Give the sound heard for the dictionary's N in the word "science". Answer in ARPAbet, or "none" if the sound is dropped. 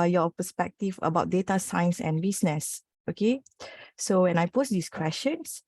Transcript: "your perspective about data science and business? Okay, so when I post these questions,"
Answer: N